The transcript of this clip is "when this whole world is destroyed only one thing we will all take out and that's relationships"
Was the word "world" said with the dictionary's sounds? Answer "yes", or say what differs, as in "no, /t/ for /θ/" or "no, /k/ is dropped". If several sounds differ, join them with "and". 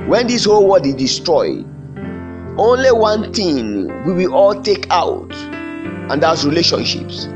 no, /l/ is dropped